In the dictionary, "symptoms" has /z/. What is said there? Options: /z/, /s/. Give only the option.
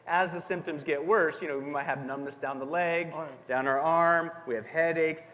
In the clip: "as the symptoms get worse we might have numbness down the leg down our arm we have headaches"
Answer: /z/